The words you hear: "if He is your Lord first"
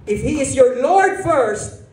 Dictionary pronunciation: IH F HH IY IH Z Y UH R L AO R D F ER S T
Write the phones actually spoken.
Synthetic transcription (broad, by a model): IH F HH IY IH Z Y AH R L AO R D F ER S T